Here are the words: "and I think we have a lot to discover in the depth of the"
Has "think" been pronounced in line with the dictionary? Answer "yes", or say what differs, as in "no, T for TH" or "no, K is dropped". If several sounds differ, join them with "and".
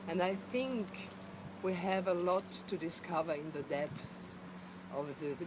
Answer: yes